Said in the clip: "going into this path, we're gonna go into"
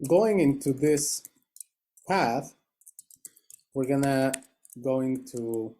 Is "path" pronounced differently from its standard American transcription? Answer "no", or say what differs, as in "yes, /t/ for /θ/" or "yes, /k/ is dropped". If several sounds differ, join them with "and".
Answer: no